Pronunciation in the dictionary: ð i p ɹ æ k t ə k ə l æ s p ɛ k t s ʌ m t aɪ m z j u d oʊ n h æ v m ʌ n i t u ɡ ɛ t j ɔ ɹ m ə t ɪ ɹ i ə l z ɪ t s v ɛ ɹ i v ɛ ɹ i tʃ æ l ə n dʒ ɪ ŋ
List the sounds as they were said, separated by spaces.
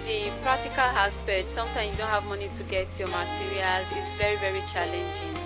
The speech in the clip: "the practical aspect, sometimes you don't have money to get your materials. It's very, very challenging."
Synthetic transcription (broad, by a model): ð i p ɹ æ k t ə k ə l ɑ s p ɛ t s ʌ m t aɪ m j u d oʊ n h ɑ v m ʌ n i t u ɡ ɛ t j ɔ m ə t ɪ ɹ i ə l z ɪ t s v ɛ ɹ i v ɛ ɹ i tʃ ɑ l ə n dʒ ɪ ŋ